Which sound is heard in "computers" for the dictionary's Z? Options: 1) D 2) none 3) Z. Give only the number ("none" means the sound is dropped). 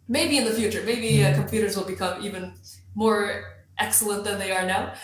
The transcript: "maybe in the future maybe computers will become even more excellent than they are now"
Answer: 3